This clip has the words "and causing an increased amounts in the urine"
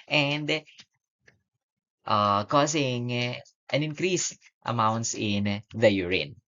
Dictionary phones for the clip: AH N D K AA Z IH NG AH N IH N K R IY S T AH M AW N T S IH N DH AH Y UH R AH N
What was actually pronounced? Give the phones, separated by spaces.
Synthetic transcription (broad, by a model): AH N D K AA S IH NG AH N IH N K R IY S T AH M AW N T S IH N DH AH Y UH R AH N